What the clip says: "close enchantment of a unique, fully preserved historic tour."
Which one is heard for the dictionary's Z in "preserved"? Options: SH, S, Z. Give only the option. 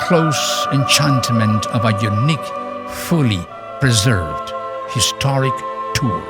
Z